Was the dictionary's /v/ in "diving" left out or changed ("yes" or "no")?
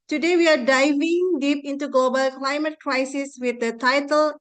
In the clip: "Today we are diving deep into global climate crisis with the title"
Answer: no